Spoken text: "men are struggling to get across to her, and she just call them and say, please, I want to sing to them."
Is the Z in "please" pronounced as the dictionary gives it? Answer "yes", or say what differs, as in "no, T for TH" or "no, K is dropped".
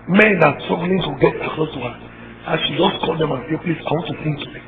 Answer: no, S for Z